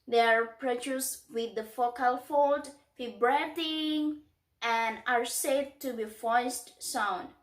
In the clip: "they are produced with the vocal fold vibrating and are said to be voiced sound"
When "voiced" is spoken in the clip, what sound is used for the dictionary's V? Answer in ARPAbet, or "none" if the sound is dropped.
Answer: F